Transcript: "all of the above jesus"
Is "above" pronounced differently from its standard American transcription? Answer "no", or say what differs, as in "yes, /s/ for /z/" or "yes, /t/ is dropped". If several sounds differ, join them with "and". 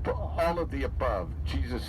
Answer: no